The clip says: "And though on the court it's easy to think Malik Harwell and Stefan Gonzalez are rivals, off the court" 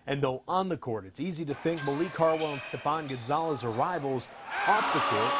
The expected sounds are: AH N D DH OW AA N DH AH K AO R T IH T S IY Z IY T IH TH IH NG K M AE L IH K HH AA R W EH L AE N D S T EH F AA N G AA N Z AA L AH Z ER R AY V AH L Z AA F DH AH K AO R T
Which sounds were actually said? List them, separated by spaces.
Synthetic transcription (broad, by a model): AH N DH OW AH N DH AH K AO R T IH T S IY Z IY T IH TH IH NG K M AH L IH K AA R W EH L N S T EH P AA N G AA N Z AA L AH Z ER R AY V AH L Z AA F DH AH K AO R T